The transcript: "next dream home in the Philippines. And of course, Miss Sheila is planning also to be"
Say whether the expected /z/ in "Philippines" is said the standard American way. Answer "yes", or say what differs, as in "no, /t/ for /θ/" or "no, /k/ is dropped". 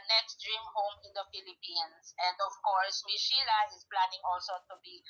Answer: no, /s/ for /z/